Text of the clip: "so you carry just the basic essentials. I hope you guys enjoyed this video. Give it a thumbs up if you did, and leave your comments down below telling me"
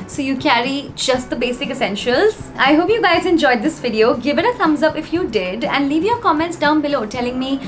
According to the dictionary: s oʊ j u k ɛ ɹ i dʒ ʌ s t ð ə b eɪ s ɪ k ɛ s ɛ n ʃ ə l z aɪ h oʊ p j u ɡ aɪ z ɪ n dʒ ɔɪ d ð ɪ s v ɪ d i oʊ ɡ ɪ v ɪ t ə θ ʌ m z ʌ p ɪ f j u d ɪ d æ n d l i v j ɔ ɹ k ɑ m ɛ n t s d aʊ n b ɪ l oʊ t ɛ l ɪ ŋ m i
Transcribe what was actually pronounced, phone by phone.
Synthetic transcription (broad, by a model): s oʊ j u k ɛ ɹ i dʒ ʌ s t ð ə b eɪ s ɪ k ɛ s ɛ n ʃ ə l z aɪ h oʊ p j u ɡ aɪ z ɪ n dʒ ɔɪ d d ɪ s v ɪ d i oʊ ɡ ɪ v ɪ t ə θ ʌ m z ʌ p ɪ f j u d ɪ d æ n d l i v j ɔ ɹ k ɑ m ɛ n t s d aʊ n b ɪ l oʊ t ɛ l ɪ ŋ m i